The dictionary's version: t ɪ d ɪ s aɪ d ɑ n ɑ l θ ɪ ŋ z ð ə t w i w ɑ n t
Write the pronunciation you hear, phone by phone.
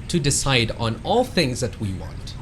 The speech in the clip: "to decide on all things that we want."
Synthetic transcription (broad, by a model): t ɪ d ɪ s aɪ d n ɑ l θ ɪ ŋ z ð ə t w i w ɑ n t